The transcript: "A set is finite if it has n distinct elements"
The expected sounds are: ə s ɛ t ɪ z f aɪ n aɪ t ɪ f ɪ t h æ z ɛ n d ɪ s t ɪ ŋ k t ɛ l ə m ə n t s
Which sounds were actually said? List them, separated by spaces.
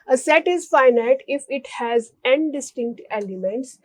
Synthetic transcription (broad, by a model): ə s ɛ t ɪ z f aɪ n aɪ t ɪ f ɪ t h æ z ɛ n d ɪ s t ɪ ŋ k t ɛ l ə m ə n t s